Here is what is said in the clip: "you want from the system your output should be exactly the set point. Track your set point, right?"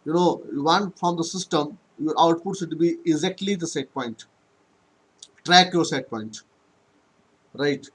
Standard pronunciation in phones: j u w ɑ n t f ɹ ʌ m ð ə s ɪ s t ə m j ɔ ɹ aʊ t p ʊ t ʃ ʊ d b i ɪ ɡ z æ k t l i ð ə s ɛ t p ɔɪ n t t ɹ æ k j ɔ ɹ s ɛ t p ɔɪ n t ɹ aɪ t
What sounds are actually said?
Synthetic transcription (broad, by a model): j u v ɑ n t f ɹ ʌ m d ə s ɪ s t ə m j ɔ ɹ aʊ t p ʊ t s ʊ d b i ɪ ɡ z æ k t l i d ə s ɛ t p ɔɪ n t t ɹ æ k j ɔ ɹ s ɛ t p ɔɪ n t ɹ aɪ t